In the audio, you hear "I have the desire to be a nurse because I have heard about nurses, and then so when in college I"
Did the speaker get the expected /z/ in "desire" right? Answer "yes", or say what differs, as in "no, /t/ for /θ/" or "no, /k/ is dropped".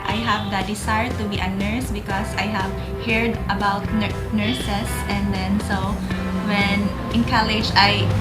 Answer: no, /s/ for /z/